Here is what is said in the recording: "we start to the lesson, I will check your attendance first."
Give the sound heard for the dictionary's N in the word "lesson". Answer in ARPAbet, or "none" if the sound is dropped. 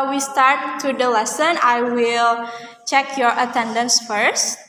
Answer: N